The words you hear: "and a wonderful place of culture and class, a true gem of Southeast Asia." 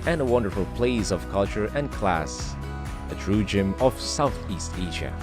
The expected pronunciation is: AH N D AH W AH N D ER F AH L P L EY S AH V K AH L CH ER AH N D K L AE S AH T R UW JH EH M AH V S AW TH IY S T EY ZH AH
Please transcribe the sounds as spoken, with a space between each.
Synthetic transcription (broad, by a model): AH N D AH W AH N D ER F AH L P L EY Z AH V K AH L CH ER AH N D K L AE S AH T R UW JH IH M AH V S AW TH IY S T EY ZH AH